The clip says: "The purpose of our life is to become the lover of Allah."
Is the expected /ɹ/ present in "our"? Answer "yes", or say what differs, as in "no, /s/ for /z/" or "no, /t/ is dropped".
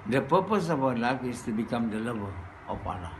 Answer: no, /w/ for /ɹ/